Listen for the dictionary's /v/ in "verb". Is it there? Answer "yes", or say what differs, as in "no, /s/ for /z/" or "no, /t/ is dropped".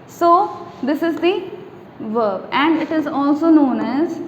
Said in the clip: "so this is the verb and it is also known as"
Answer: yes